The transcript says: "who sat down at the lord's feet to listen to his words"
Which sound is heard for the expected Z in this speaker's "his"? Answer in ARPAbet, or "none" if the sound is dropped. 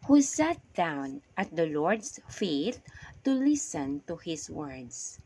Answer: S